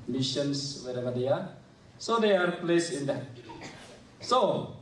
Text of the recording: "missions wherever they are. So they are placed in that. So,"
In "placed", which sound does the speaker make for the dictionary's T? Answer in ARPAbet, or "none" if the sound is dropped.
none